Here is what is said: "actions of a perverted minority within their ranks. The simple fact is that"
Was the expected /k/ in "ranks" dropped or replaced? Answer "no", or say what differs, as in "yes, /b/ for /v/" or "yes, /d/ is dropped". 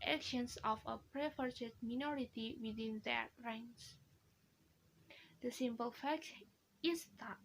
yes, /k/ is dropped